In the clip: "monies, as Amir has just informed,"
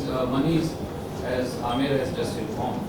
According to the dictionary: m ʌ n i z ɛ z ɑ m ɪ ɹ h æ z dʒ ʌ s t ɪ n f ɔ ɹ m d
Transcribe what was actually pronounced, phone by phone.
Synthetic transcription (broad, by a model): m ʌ n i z ɛ z ɑ m ɪ ɹ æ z dʒ ʌ s t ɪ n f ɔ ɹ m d